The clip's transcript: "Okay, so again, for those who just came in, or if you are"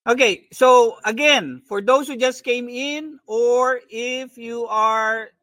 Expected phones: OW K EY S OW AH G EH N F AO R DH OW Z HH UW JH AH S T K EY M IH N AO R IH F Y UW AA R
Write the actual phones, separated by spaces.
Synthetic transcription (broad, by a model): OW K EY S OW AH G EH N F AO R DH OW S HH UW JH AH S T K EY M IH N AO R IH F Y UW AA R